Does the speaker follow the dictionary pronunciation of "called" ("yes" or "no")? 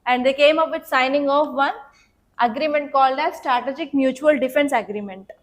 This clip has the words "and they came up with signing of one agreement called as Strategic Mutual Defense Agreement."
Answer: yes